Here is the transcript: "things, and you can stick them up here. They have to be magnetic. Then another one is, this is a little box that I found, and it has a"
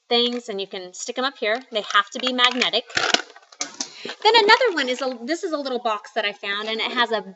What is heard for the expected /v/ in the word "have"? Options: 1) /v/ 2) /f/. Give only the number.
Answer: 2